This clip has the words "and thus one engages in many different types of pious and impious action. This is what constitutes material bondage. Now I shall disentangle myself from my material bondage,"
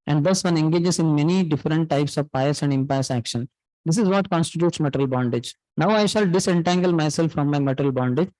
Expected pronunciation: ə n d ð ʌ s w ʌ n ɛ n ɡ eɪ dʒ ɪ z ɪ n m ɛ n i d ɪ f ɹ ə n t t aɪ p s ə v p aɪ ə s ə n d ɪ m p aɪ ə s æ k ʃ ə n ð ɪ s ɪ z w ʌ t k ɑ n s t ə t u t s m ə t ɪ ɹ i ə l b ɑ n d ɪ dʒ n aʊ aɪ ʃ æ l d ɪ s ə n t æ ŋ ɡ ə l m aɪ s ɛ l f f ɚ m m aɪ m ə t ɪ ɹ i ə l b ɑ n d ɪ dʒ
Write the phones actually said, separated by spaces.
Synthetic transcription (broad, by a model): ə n d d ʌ s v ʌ n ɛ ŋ ɡ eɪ dʒ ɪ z ɪ n m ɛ n i d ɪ f ɹ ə n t t aɪ p s ə v p aɪ ə s ə n d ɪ m p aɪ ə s æ k ʃ ə n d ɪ s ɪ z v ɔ t k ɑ n s t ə t u t s m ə t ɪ ɹ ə l b ɑ n d ɪ dʒ n aʊ aɪ ʃ æ l d ɪ s ə n t æ ŋ ɡ ə l m aɪ s ɛ l f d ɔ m m aɪ m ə t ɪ ɹ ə l b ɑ n d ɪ dʒ